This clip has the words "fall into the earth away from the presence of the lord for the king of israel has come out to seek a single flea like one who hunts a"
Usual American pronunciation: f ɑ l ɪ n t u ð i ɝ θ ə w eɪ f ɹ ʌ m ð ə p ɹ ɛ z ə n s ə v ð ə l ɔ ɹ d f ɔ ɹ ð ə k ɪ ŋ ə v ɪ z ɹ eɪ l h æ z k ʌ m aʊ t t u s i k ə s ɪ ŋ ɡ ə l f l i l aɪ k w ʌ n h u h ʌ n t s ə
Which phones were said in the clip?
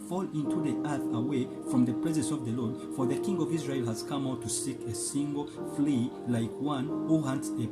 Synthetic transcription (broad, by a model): f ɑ l ɪ n t u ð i ɝ θ ə w eɪ f ɹ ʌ m ð ə p ɹ ɛ z ə n s ə v ð ə l ɔ ɹ d f ɔ ɹ ð ə k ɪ ŋ ə v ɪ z ɹ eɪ l h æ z k ʌ m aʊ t t u s i k ə s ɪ ŋ ɡ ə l f l i l aɪ k w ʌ n h u h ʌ n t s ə